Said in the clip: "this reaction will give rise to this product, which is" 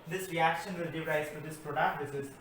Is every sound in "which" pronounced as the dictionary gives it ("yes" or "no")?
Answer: no